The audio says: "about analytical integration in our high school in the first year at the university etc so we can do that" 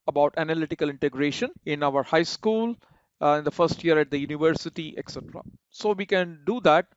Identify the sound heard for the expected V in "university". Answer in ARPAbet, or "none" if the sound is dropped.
V